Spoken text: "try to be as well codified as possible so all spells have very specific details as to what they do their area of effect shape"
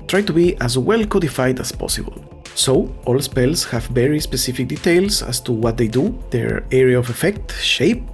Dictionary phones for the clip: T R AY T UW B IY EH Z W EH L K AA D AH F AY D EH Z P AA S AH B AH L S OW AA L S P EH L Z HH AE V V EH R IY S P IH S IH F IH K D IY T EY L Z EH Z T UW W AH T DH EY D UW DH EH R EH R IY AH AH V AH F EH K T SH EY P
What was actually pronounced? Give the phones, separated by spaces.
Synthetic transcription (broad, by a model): T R AY T UW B IY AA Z W EH L K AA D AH F AY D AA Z P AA S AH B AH L S OW AA L S P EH L S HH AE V V EH R IY S P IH S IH F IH K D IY T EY L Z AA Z T UW W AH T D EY D UW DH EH R EH R IY AH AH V AH F EH K T SH EY P